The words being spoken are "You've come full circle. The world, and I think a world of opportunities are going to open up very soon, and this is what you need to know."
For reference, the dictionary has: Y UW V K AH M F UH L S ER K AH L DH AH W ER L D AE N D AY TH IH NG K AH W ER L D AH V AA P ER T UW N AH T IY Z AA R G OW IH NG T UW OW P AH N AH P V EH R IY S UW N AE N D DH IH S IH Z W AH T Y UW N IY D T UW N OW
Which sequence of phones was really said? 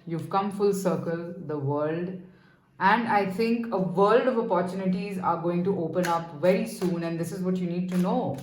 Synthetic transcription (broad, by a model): Y UW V K AH M F UH L S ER K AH L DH AH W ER L D AE N D AY T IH NG K AH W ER L D AH V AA P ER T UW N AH T IY Z AA R G OW IH NG T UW OW P AH N AH P V EH R IY S UW N AE N D IH S IH Z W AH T Y UW N IY D T UW N OW